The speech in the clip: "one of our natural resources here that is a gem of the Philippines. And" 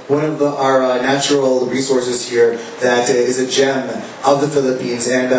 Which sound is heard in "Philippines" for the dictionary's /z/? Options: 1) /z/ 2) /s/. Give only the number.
1